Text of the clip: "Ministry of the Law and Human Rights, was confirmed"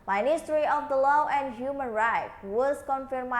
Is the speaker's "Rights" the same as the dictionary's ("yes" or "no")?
no